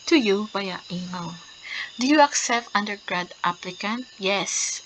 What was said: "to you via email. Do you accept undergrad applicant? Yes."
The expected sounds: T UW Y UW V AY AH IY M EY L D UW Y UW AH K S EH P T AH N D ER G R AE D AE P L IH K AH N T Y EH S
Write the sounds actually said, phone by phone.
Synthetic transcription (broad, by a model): T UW Y UW B AY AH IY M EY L D UW Y UW AH K S EH P T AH N D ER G R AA D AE P L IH K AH N T Y EH S